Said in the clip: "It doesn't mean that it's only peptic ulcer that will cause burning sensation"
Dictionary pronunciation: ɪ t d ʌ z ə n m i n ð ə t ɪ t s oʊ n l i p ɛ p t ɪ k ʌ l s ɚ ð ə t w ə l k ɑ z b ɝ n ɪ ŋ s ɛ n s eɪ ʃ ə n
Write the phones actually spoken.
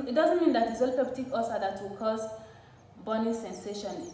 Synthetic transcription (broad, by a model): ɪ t d ʌ z ə n m i n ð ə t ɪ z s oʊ l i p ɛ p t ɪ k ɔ s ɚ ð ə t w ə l k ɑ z b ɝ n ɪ s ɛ n s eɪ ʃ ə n